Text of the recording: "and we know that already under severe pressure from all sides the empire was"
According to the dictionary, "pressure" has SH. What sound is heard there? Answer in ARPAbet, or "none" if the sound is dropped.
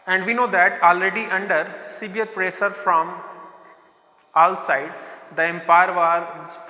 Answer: S